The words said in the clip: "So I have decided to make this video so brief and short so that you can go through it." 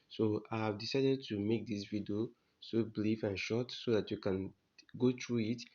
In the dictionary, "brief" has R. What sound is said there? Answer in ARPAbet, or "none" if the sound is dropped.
L